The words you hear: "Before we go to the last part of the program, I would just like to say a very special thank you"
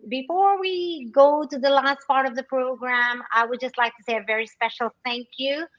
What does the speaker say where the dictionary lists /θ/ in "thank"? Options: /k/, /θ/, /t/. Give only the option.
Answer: /θ/